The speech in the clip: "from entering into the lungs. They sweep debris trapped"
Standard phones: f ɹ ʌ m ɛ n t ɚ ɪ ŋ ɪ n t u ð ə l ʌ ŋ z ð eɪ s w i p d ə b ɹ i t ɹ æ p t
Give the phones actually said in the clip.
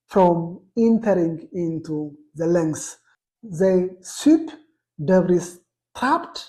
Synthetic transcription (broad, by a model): f ɹ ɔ m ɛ n t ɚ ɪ ŋ ɪ n t u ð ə l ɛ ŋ s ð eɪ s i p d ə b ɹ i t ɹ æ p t